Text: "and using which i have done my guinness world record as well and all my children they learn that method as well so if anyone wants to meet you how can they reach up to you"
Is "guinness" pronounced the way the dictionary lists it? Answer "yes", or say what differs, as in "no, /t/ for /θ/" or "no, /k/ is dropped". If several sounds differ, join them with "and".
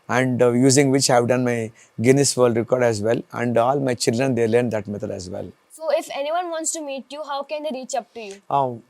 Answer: yes